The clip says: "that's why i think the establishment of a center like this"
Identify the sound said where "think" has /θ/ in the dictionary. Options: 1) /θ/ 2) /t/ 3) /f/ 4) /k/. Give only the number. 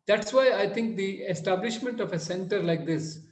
2